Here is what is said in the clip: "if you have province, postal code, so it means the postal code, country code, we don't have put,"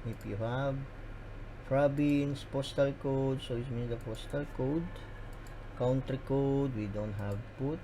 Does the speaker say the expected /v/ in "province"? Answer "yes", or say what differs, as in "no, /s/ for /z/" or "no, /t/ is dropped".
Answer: no, /b/ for /v/